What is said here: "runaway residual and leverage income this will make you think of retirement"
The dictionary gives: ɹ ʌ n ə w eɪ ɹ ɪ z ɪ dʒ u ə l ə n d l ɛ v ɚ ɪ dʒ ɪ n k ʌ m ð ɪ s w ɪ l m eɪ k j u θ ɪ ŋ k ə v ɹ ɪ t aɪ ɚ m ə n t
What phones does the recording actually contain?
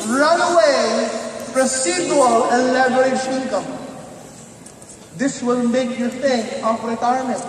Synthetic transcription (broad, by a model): ɹ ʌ n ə w eɪ ɹ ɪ s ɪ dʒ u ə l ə l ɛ b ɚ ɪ ʃ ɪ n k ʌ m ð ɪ s w ɪ l m eɪ k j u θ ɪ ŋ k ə p ɹ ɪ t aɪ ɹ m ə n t